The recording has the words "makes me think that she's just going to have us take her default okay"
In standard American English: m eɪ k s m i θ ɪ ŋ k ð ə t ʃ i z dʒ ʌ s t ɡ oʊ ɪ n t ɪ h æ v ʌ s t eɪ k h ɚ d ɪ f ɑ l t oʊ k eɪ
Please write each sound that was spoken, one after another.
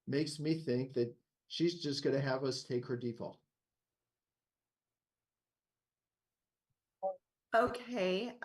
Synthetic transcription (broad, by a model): m eɪ k s m i θ ɪ ŋ k ð ə t ʃ i z dʒ ʌ s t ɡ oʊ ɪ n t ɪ h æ v ʌ s t eɪ k h ɚ d ɪ f ɑ l t oʊ k eɪ